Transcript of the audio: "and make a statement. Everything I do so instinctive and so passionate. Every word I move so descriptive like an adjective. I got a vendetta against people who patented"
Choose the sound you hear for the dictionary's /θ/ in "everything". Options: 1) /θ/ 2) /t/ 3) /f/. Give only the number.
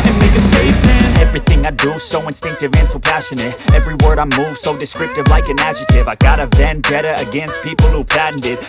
1